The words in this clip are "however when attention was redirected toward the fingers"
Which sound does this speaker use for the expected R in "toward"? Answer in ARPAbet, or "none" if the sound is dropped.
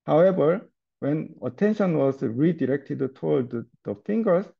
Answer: L